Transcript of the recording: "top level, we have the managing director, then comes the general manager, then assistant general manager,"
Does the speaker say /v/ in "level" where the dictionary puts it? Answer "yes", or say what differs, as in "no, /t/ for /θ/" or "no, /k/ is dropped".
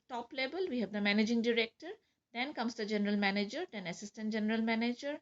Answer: no, /b/ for /v/